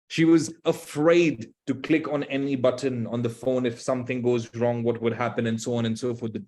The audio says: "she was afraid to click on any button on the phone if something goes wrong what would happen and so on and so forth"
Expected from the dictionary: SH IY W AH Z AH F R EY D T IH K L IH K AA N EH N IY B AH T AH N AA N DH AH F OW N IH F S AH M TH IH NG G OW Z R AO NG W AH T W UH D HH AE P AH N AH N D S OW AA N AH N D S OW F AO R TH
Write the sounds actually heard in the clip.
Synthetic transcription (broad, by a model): SH IY W AH Z AH F R EY D T IH K L IH K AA N EH N IY B AH T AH N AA N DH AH F OW N IH F S AH M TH IH NG G OW Z R AO NG W AH T W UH D HH AE P AH N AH N S OW AA N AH N S OW F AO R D